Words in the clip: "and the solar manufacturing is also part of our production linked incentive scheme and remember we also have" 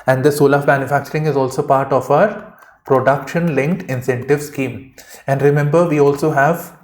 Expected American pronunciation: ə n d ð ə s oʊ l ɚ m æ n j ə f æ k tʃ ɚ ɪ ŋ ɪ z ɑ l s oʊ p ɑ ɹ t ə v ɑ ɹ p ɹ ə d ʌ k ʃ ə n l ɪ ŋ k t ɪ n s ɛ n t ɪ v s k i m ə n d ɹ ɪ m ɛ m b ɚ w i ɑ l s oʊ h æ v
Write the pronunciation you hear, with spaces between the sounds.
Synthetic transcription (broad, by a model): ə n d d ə s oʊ l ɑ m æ n j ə f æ k tʃ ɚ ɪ ŋ ɪ z ɑ l s oʊ p ɑ ɹ t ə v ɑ ɹ p ɹ ə d ʌ k ʃ ə n l ɪ ŋ k t ɪ n s ɛ n t ɪ v s k i m ə n d ɹ ɪ m ɛ m b ɚ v i ɑ l s oʊ h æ v